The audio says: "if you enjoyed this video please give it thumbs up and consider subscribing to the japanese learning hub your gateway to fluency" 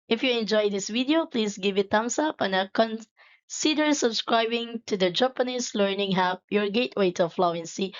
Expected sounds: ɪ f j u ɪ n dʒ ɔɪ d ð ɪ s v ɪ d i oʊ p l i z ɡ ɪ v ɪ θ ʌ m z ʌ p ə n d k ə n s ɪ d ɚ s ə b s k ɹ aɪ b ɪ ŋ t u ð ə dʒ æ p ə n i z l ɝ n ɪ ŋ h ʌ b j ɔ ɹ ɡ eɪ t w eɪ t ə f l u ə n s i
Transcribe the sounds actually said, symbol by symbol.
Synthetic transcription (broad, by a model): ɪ f j u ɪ n dʒ ɔɪ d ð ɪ s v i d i oʊ p l i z ɡ ɪ v ɪ t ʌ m s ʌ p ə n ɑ k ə n s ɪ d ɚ s ə b s k ɹ aɪ b ɪ ŋ t u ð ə dʒ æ p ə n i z l ɝ n ɪ ŋ h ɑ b j ɔ ɹ ɡ eɪ t w eɪ t ə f l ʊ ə n s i